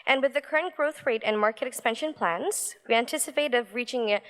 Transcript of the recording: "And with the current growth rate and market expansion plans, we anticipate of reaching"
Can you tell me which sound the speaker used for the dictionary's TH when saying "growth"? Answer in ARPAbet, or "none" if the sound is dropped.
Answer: TH